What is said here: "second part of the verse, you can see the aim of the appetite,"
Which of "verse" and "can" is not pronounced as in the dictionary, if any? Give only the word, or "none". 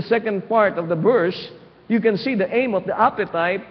verse